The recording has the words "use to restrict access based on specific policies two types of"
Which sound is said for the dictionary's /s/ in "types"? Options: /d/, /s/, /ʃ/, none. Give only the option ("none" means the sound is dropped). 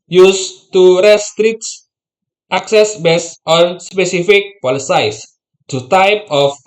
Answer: none